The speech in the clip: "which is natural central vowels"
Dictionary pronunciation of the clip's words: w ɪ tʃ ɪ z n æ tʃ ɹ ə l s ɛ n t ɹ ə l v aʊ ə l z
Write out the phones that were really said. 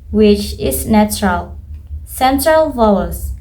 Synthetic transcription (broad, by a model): w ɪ tʃ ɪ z n æ tʃ ɹ ə l s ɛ n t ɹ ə l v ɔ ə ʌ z